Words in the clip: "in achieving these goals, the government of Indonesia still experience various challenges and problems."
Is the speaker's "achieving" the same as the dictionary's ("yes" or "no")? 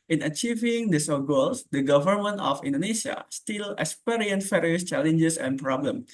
yes